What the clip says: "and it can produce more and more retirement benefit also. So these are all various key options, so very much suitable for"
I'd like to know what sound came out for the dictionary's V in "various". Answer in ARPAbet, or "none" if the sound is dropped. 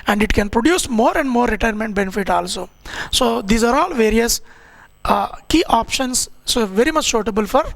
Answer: V